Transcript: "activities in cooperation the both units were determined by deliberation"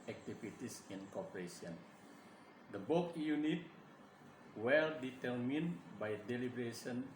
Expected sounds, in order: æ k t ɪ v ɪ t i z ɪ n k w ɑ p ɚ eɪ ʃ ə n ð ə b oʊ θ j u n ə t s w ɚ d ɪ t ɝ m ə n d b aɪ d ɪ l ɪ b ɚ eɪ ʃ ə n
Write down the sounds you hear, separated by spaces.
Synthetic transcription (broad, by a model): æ k t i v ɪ t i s ɪ n k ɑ p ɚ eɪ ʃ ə n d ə b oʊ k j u n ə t w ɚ d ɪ t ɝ m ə n b aɪ d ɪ l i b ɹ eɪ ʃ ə n